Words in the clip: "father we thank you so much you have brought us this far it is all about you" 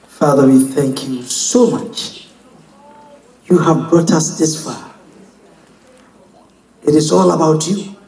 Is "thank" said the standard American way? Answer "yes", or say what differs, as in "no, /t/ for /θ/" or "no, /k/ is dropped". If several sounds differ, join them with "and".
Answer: yes